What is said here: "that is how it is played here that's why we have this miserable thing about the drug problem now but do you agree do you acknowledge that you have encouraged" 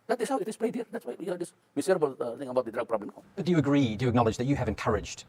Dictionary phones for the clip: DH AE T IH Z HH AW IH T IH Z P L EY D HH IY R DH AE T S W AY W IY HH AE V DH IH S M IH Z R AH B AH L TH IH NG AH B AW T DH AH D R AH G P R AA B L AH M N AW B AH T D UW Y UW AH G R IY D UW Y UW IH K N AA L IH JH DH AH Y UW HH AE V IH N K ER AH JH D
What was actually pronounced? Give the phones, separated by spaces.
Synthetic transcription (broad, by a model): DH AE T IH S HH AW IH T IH S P EY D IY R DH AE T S W AY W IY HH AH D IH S M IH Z R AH B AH L T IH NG AH B AW T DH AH D R AH G P R AA B L AH M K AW B AH T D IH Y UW AH G R IY D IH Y IH K N AA L IH JH DH AH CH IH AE V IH N K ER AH JH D